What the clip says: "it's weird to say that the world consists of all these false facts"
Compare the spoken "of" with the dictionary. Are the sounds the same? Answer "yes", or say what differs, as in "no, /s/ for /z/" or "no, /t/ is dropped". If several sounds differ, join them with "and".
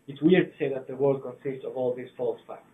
yes